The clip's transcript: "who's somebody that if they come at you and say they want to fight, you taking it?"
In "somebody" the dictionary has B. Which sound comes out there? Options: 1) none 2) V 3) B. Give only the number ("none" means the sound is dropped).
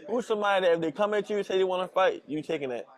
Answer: 1